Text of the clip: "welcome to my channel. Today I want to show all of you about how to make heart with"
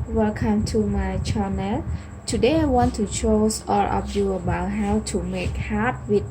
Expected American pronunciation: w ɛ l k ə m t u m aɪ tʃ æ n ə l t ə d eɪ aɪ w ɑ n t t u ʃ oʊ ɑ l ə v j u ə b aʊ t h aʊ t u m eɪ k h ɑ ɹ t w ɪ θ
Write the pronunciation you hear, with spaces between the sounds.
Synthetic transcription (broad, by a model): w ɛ l k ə m t u m aɪ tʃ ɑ n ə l t ə d eɪ aɪ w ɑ n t t u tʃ oʊ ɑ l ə p j u ə b aʊ t h aʊ t u m eɪ k h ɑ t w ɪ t